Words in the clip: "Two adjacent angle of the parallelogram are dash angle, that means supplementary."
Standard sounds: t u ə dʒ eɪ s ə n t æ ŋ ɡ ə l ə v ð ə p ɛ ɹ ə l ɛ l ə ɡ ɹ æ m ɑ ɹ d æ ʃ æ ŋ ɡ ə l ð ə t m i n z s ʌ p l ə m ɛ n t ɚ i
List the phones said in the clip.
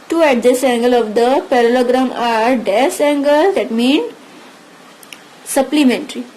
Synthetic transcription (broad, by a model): t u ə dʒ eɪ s æ ŋ ɡ ə l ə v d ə p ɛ ɹ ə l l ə ɡ ɹ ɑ m ɑ ɹ d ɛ s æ ŋ ɡ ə l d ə t m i n s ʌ p l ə m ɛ n t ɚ i